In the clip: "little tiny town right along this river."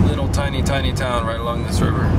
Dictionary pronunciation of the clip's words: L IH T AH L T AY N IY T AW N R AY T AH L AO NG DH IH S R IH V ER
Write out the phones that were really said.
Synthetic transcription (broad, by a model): L IH T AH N T AY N IY T AW N R AY T AH L AO NG DH IH S R IH V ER